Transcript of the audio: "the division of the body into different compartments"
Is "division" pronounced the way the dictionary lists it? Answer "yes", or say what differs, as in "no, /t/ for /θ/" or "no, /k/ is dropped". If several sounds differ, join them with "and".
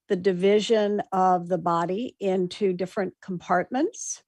yes